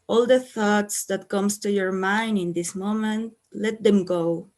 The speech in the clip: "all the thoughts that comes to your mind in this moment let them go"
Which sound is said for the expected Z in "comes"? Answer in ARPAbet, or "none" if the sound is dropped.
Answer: S